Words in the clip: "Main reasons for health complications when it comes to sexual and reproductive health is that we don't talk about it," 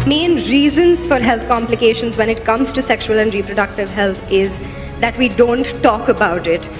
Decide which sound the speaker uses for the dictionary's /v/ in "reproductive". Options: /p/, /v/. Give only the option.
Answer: /v/